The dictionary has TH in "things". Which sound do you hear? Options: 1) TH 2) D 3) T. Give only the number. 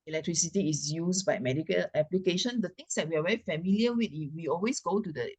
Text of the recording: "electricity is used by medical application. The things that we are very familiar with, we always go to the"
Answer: 3